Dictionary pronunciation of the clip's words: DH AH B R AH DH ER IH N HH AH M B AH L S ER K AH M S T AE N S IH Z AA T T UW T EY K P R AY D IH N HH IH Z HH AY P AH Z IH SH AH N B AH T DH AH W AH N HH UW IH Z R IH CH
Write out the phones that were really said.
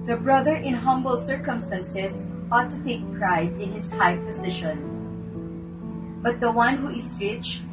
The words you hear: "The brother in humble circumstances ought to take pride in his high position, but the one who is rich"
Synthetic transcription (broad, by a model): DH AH B R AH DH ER IH N HH AH M B AH L S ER K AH M S T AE N S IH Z AA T T UW T EY K P R AY D IH N HH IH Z HH AY P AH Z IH SH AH N B AH T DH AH W AH N HH UW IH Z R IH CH